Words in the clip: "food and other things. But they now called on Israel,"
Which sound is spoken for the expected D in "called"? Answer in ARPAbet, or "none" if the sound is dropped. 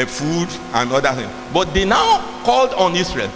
D